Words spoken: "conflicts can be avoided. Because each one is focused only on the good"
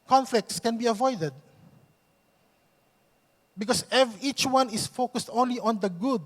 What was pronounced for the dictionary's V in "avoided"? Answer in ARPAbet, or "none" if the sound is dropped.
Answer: V